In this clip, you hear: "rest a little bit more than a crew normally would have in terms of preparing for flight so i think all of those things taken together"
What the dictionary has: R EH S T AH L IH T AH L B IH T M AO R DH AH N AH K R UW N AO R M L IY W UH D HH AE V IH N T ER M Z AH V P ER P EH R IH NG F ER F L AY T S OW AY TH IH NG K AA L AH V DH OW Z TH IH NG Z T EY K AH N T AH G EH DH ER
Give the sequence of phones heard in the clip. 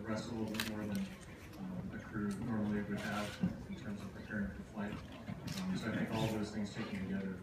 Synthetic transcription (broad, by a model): R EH S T AH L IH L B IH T M AO R DH AH N AH K R UW N AO R M L IY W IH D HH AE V IH N T ER M Z AH V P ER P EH R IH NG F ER F L AY T S OW AY TH IH NG K AA L DH OW Z TH IH NG Z T EY K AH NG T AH G EH DH ER